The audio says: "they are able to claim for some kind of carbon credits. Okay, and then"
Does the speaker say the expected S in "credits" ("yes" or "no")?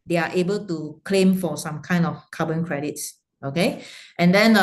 yes